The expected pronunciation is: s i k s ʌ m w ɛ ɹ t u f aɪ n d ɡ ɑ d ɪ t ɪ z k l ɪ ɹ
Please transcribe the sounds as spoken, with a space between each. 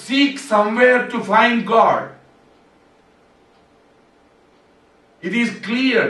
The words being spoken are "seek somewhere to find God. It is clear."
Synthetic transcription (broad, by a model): s i k s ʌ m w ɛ ɹ t u f aɪ n d ɡ ɑ d ɪ t ɪ z k l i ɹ